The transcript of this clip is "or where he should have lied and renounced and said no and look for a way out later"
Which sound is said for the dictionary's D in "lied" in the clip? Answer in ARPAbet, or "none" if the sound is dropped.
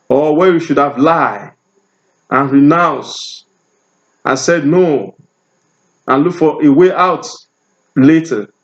none